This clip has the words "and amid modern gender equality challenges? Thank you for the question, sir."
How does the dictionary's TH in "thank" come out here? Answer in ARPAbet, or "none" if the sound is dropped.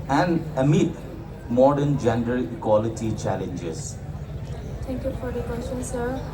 T